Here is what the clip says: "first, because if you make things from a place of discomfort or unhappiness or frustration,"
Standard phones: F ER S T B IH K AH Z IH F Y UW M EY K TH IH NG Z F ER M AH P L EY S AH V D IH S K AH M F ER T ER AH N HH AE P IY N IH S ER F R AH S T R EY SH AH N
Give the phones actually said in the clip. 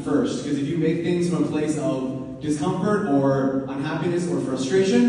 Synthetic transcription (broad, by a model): F ER S T K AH Z IH F Y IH M EY K TH IH NG Z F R AH P L EY S AH V D IH S K AH M F ER T ER AH N HH AE P IY N IH S ER F R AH S T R EY SH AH N